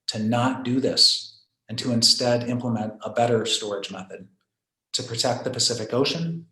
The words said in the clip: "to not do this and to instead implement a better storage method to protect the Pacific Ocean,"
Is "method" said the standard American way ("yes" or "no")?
yes